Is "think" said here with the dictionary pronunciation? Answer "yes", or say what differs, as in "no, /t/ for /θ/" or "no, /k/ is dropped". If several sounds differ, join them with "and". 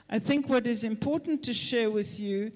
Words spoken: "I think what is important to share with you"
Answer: yes